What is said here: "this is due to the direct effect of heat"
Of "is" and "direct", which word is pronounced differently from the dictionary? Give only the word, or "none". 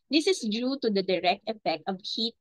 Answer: is